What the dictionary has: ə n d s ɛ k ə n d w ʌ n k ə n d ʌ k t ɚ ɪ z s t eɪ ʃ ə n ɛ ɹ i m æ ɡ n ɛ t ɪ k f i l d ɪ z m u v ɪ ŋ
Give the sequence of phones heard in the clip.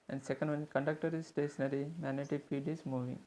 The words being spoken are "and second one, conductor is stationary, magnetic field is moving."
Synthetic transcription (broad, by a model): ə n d s ɛ k ə n d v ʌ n k ə n d ʌ k t ɚ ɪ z s t eɪ ʃ ə n ɛ ɹ i m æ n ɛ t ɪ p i d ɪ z m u v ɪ ŋ